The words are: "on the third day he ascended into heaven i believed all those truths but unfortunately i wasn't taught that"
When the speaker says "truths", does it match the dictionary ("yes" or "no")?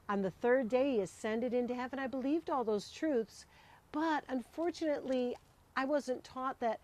yes